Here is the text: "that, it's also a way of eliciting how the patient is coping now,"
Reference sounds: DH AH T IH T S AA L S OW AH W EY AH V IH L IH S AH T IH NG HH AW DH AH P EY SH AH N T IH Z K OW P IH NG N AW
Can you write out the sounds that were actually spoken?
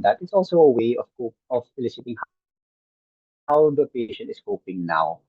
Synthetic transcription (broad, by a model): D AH T IH T S AA L S OW AH W EY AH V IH L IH S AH T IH NG HH AW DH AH P EY SH AH N T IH S K OW P IH NG N AW